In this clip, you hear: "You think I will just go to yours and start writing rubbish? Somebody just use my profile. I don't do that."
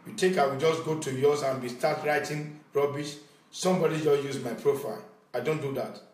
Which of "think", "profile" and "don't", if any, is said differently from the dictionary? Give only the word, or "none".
think